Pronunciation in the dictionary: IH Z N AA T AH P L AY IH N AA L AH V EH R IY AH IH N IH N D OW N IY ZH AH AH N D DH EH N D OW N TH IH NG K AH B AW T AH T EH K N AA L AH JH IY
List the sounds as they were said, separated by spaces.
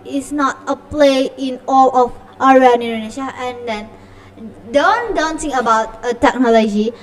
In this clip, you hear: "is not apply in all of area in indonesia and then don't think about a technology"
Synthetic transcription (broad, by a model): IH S N AA T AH P L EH IH N AA L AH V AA R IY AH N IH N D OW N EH SH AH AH N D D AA N D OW N T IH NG AH B AW T AH T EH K N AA L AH JH IY